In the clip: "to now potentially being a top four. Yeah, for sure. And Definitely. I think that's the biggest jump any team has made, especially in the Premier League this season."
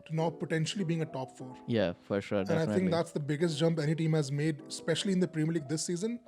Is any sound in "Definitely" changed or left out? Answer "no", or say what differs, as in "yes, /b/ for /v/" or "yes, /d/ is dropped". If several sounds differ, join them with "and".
yes, /f/ is dropped